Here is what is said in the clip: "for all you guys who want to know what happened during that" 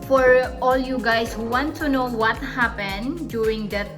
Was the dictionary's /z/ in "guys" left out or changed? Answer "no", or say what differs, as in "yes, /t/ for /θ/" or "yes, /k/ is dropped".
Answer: yes, /s/ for /z/